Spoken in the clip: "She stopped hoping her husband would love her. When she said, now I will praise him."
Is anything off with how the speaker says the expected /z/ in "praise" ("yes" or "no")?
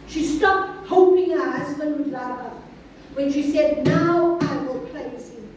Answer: yes